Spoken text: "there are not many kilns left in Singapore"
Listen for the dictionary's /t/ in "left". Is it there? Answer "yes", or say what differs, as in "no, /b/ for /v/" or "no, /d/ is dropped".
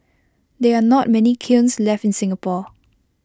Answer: yes